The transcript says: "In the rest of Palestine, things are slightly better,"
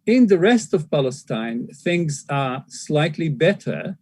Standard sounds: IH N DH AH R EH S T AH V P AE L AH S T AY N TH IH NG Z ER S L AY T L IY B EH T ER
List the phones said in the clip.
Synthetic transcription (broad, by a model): IH N DH AH R EH S T AH V P AE L AH S T AY N TH IH NG Z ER S L AY T L IY B EH T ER